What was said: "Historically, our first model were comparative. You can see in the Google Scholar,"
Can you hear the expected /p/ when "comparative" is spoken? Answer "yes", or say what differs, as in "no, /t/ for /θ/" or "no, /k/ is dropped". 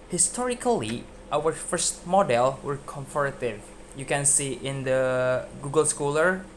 no, /f/ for /p/